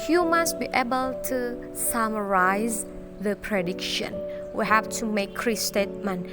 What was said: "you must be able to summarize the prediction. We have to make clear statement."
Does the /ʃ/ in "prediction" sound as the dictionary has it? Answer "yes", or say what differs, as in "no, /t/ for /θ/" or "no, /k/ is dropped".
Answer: yes